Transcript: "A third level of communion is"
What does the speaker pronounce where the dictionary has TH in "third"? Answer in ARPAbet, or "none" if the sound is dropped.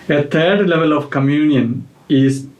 T